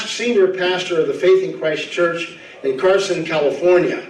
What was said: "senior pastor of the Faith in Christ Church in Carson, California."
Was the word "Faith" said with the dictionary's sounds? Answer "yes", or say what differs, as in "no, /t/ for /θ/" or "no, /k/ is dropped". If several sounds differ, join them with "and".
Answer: yes